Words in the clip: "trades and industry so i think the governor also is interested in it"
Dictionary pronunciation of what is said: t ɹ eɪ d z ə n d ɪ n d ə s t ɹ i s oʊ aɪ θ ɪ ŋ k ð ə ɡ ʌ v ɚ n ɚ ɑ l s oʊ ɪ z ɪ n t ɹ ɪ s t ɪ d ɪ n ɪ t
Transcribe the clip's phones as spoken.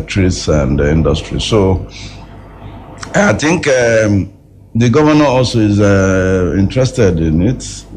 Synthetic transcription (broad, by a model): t ɹ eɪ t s ə n d ɪ n d ə s t ɹ i s oʊ aɪ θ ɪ ŋ k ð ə ɡ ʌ v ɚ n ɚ ɑ l s oʊ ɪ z ɪ n t ɹ ɪ s t ɪ d ɪ n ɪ t